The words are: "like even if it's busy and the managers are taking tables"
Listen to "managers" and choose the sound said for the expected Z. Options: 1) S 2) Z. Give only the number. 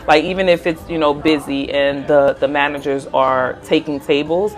2